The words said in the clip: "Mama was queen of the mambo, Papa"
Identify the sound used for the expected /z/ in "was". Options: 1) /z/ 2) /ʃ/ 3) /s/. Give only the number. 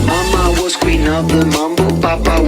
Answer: 3